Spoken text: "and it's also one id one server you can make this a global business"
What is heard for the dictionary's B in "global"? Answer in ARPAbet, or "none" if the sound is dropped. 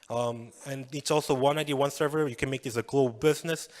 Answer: none